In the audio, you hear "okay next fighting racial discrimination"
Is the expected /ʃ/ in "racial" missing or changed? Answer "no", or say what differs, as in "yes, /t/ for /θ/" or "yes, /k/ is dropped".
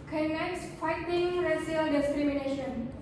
yes, /s/ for /ʃ/